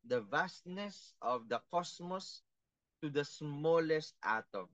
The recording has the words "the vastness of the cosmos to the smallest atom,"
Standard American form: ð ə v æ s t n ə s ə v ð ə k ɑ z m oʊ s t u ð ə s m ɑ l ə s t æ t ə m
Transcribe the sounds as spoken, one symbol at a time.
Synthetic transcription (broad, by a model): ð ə v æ s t n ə s ə v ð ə k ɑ s m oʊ s t u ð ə s m ɑ l ə s t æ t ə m